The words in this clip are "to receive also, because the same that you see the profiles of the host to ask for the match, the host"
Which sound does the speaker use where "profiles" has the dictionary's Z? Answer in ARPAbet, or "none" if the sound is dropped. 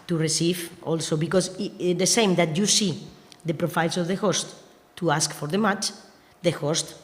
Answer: S